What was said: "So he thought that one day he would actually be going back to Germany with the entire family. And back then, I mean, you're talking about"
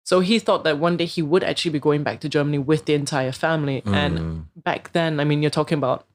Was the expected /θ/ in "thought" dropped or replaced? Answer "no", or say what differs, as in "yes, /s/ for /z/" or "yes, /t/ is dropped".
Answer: no